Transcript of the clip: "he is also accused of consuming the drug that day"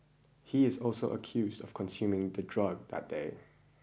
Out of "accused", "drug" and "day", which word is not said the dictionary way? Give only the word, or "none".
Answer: none